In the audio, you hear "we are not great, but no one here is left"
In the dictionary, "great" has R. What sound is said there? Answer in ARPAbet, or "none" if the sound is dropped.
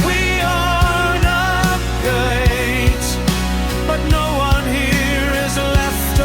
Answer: none